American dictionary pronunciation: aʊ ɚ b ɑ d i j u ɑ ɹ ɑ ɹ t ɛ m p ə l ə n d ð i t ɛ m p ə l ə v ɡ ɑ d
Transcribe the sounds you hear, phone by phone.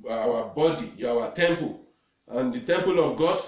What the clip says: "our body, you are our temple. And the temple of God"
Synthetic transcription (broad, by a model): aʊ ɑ b ɑ d i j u ɑ w ɑ t ɛ m p ə l ə n d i t ɛ m p ə l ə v ɡ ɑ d